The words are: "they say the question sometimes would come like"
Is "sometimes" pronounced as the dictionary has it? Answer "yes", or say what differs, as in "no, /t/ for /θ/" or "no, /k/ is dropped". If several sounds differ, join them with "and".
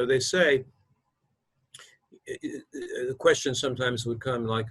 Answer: yes